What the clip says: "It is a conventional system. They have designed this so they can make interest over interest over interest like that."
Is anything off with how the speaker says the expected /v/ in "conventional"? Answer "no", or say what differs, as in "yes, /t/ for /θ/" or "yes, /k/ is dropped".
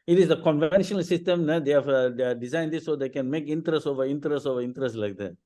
no